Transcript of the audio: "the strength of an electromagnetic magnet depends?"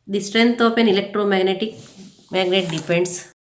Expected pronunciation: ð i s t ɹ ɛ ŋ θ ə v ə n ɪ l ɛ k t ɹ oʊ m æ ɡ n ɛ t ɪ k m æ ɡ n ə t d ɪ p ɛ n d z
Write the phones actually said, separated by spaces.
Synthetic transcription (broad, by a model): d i s t ɹ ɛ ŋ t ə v ə n ɪ l ɛ k t ɹ oʊ m æ ɡ n ɛ t ɪ k m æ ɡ n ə t d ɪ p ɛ n d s